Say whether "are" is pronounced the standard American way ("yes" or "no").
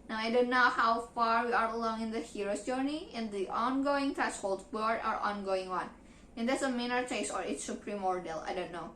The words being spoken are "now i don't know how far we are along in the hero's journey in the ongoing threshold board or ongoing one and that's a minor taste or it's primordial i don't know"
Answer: yes